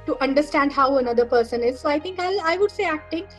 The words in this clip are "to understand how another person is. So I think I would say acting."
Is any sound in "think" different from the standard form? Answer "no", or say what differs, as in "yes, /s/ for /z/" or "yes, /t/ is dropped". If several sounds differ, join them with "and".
yes, /t/ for /θ/